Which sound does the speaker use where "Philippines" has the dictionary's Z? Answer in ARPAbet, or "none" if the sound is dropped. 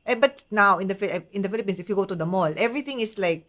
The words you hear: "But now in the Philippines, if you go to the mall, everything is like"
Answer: S